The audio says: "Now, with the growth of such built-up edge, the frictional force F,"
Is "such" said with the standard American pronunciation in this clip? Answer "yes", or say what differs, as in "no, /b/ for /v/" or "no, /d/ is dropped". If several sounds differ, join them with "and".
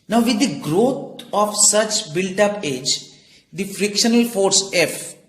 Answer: yes